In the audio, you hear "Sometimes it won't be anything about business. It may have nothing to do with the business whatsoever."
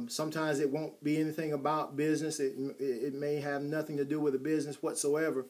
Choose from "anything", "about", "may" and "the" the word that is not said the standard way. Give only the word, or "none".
none